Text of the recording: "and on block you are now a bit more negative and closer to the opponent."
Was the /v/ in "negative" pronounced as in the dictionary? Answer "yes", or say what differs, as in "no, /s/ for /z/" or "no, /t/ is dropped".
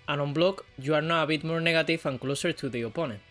no, /f/ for /v/